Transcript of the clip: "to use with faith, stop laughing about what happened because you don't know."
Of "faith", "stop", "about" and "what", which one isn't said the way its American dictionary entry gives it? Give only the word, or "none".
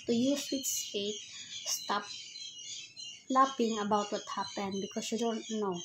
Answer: faith